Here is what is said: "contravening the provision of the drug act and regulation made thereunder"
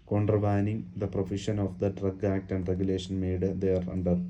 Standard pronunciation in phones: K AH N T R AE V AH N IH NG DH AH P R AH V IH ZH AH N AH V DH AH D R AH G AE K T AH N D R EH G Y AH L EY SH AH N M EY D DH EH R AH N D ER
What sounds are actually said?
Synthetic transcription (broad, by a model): K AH N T R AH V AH N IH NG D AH P R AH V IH SH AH N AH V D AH D R AH G AE K T AH N D R EH G Y AH L EY SH AH N M EY D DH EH R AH N D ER